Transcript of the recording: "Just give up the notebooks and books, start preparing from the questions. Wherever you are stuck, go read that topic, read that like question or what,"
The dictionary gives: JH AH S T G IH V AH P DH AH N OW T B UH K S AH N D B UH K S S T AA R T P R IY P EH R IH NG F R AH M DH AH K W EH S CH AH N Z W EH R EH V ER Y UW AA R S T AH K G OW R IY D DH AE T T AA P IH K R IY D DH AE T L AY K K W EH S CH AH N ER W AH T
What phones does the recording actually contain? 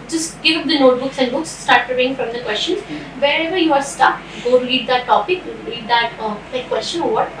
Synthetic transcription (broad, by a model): JH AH S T G IH V AH P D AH N OW T B UH K S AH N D B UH K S S T AA R T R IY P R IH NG F R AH M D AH K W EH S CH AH N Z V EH R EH V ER Y UW AA R S T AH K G OW R IY D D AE T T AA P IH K R IY D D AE T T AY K K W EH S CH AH N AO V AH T